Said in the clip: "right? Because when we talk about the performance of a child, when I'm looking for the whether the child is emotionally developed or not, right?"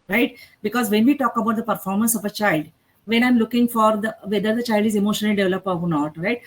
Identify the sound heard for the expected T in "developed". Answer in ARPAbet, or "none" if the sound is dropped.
none